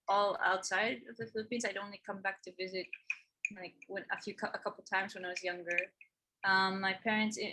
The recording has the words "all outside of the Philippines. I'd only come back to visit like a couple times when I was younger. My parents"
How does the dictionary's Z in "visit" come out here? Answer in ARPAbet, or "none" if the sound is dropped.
Z